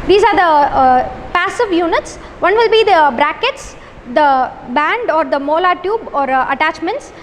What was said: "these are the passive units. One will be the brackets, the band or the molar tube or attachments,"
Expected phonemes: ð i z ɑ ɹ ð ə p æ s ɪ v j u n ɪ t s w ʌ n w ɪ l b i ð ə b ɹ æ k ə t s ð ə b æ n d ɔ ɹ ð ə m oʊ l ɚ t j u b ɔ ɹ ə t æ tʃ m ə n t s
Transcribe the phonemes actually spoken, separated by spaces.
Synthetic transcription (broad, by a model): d i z ɑ ɹ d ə p æ s ɪ v j u n ɪ t s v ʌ n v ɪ l b i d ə b ɹ æ k ə t s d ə b æ n d ɔ ɹ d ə m oʊ l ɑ t j u b ɔ ɹ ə t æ tʃ m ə n t s